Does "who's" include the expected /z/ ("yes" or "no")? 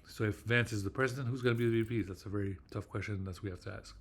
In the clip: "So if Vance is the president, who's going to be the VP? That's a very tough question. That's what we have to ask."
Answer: yes